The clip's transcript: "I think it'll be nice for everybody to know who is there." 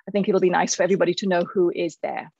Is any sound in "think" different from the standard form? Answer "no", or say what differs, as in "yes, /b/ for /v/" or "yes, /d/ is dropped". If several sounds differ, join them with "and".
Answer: no